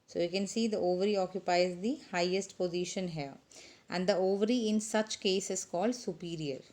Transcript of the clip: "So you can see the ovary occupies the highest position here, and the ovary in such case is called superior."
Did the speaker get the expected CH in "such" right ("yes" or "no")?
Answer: yes